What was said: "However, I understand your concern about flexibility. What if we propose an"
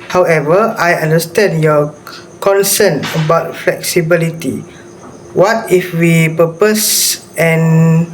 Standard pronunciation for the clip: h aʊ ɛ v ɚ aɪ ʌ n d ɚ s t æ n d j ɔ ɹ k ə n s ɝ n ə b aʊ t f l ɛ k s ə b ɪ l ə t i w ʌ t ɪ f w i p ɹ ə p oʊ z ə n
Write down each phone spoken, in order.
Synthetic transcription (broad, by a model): h aʊ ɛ v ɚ aɪ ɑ n d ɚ s t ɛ n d j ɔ k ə n s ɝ n ə b aʊ t f l ɛ k s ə b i l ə t i w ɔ t ɪ f w i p ə p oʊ s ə n